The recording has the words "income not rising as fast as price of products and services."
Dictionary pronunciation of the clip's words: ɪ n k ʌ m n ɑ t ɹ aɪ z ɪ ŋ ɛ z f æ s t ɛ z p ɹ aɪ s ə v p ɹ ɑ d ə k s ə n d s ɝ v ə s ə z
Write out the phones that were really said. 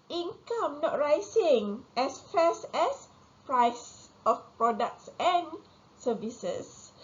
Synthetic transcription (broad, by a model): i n k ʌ m n ɑ t ɹ aɪ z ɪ ŋ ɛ s f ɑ s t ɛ s p ɹ aɪ s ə f p ɹ ɑ d ə k s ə n s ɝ v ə s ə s